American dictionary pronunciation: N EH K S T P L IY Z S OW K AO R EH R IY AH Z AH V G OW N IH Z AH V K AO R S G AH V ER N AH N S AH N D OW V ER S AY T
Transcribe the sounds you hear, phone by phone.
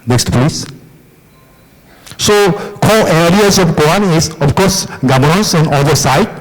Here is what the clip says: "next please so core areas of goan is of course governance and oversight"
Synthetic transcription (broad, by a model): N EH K S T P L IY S S OW K AO L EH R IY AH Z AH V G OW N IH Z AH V K AO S G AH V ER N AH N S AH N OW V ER S AY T